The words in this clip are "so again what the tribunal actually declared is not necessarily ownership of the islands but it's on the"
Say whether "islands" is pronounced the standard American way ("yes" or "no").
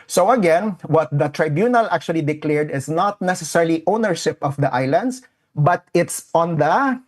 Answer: no